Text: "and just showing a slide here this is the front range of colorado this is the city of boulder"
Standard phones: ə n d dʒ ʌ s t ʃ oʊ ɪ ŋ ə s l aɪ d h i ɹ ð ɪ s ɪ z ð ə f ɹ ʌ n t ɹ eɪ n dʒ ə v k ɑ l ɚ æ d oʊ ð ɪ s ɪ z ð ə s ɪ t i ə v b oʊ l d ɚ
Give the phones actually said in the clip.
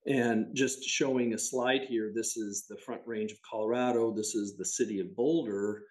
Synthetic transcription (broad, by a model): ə n dʒ ʌ s t ʃ oʊ ɪ ŋ ə s l aɪ d h i ɹ ð ɪ s ɪ z ð ə f ɹ ʌ n t ɹ eɪ n dʒ ə v k ɑ l ɚ æ d oʊ ð ɪ s ɪ z ð ə s ɪ t i ə v b oʊ l d ɚ